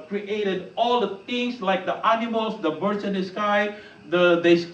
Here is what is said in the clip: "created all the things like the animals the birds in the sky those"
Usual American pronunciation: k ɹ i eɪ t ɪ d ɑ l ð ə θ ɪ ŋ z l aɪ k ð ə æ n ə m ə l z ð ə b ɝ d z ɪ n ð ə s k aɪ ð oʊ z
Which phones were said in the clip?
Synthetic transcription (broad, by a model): k ɹ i eɪ t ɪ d ɑ l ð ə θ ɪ ŋ s l aɪ k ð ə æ n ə m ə l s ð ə b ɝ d s ɪ n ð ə s k aɪ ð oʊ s